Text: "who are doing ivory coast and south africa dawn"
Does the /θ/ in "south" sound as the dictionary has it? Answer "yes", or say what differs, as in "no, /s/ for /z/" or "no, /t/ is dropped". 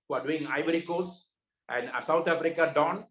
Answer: no, /t/ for /θ/